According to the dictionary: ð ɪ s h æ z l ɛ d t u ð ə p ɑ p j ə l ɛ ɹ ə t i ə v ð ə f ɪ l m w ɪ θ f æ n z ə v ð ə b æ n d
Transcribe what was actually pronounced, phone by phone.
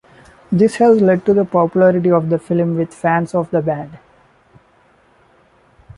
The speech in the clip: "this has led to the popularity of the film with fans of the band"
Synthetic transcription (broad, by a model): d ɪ s h æ z l ɛ d t u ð ə p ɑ p j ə l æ ɹ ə t i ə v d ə f ɪ l m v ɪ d f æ n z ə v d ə b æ d